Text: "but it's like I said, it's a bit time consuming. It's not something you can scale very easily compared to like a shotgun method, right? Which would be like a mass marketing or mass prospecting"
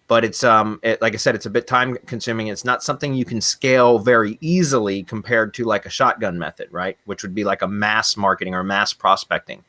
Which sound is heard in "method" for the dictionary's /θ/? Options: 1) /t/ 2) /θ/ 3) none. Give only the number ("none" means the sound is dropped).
2